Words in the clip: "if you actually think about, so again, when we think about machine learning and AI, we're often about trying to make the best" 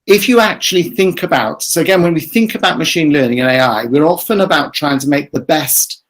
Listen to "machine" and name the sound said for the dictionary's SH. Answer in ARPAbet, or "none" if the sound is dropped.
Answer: SH